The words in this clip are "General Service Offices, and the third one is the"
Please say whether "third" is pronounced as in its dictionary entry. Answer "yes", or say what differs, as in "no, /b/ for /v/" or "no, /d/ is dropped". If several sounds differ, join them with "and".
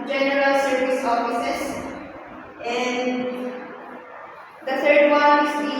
no, /t/ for /θ/